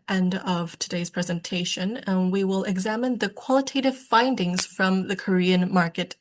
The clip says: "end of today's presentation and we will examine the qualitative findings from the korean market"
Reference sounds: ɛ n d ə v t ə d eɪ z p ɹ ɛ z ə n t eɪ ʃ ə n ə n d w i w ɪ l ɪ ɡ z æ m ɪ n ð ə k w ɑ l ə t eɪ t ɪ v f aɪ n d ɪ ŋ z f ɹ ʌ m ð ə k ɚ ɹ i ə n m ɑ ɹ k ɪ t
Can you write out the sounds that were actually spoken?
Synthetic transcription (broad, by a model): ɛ n d ə v t ə d eɪ z p ɹ ɛ z ə n t eɪ ʃ ə n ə n w i w ɪ l ɪ ɡ z æ m ɪ n ð ə k w ɑ l ə t eɪ t ɪ v f aɪ n d ɪ ŋ z f ɹ ʌ m ð ə k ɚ ɹ i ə n m ɑ ɹ k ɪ t